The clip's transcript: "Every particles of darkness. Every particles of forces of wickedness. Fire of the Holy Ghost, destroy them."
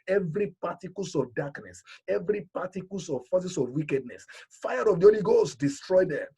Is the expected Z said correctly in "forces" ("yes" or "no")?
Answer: no